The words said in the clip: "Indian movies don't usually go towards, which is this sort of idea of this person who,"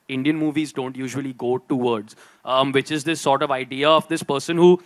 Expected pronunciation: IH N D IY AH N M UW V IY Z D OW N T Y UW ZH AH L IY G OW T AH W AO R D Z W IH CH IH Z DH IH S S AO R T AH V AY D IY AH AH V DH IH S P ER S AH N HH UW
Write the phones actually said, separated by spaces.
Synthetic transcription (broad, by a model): IH N D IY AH N M UW V IY Z D OW N T Y UW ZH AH L IY G OW T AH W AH R D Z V IH CH IH Z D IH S S AO R T AH V AY D IY AH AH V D IH S P ER S AH N HH UW